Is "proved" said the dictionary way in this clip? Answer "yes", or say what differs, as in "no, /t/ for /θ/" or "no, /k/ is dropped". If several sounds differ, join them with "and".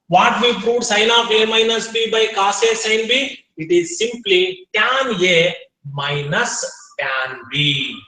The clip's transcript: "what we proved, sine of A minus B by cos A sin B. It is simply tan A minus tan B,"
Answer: no, /v/ is dropped